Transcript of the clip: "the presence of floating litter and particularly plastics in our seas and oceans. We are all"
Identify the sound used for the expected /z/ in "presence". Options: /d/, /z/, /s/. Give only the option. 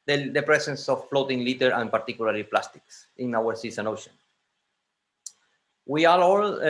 /s/